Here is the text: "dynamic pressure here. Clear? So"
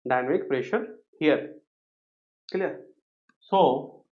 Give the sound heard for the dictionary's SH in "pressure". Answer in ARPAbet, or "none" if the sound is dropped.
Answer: SH